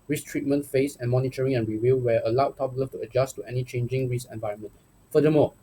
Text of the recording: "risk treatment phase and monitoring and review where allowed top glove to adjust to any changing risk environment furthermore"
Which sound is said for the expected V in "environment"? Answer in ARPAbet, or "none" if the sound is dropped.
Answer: V